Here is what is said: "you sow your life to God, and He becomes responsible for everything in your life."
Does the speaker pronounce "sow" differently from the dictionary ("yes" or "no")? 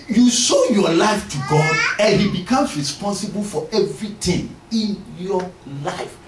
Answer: yes